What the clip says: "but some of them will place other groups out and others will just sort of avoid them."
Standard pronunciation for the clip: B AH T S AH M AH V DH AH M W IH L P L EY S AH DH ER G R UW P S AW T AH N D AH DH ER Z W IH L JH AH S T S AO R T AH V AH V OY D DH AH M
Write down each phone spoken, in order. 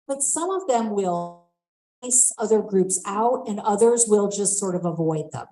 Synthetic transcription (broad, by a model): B AH T S AH M AH V DH AH M W IH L L S AH DH ER G R UW P S AW T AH N AH DH ER Z W IH L JH AH S T S AO R T AH V AH V OY D DH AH M